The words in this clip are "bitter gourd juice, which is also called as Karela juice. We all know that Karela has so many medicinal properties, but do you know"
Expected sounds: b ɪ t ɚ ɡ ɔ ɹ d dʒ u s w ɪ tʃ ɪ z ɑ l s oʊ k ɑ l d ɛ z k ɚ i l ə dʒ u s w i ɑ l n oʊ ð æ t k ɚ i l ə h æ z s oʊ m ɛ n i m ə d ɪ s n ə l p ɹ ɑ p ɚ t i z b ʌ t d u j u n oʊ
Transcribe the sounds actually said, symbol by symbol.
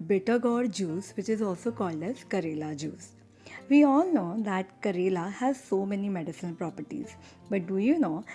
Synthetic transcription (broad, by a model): b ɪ t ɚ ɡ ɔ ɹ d dʒ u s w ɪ tʃ ɪ z ɑ l s oʊ k ɑ l d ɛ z k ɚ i l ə dʒ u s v i ɑ l n oʊ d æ t k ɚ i l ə h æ z s oʊ m ɛ n i m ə d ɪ s ə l p ɹ ɑ p ɚ t i z b ʌ t d u j u n oʊ